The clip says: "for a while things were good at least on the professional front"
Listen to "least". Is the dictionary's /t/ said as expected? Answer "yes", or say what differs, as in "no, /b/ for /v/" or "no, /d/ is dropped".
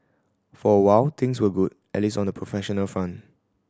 no, /t/ is dropped